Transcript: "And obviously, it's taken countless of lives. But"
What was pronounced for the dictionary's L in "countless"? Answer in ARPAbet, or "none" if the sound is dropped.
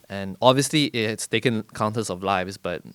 none